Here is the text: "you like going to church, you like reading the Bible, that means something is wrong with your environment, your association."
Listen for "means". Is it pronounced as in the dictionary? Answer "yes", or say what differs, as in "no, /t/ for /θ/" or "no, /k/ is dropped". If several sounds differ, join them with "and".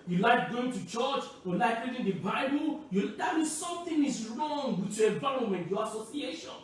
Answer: no, /n/ is dropped